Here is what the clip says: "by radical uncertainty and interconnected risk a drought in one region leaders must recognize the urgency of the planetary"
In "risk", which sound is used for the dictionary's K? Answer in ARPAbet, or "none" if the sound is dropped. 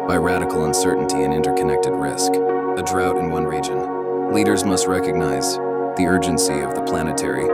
K